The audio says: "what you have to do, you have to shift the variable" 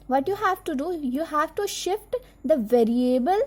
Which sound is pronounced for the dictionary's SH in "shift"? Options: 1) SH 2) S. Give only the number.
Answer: 1